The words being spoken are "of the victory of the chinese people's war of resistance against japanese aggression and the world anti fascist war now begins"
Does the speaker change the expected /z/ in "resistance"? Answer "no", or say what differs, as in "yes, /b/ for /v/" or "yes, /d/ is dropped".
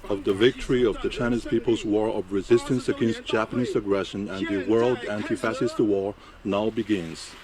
no